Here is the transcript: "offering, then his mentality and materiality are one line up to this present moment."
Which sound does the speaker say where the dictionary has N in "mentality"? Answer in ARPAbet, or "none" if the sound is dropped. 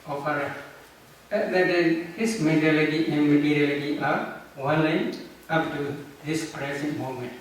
none